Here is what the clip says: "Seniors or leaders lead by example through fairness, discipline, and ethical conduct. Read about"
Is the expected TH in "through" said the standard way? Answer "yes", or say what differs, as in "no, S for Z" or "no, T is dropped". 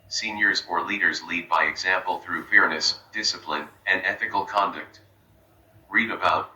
yes